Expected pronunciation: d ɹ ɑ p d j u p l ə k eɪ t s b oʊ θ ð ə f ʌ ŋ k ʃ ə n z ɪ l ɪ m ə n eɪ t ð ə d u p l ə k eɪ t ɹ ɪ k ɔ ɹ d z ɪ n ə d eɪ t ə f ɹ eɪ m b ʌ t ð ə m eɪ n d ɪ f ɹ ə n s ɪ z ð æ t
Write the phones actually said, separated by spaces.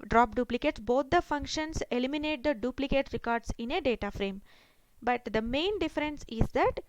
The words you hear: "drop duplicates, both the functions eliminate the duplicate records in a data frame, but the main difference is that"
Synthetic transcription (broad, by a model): d ɹ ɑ p d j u p l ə k eɪ t s b oʊ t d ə f ʌ ŋ k ʃ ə n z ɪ l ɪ m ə n eɪ t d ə d u p l ə k eɪ t ɹ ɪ k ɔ ɹ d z ɪ n ə d eɪ t ə f ɹ eɪ m b ʌ t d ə m eɪ n d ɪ f ɹ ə n s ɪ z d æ t